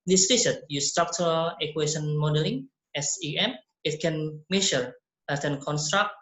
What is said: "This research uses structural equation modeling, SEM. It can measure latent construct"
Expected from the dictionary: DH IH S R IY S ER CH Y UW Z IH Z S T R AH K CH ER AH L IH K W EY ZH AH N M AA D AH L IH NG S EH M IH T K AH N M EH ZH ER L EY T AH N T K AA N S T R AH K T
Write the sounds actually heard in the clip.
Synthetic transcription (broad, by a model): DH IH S L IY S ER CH Y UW S T R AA K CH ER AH L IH K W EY SH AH N M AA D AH L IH NG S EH M IH T K AH N M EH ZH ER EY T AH N K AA N S T R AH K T